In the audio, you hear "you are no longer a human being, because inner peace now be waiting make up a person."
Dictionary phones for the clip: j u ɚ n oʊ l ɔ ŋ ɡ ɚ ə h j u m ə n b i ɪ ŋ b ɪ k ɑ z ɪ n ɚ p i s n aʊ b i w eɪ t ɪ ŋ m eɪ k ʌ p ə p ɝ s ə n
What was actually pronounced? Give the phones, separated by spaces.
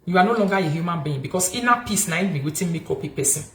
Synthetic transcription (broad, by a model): j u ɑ n oʊ l ɔ ŋ ɡ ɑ ə h j u m ə n b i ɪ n b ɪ k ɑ s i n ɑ p i s n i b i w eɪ t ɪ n m eɪ k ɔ p ə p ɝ s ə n